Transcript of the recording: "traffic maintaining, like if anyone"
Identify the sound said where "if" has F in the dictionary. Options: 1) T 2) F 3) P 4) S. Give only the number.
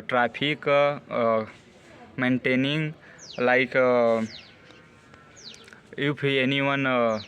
3